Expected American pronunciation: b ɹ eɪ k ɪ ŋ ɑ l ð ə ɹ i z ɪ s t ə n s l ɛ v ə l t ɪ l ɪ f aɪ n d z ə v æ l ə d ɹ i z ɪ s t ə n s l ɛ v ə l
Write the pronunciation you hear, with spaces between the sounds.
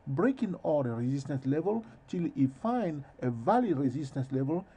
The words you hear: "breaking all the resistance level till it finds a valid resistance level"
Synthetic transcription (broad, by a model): b ɹ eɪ k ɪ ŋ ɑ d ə ɹ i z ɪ s t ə n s l ɛ v ə l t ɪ l ɪ f aɪ n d ə v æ l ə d ɹ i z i s t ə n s l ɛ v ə l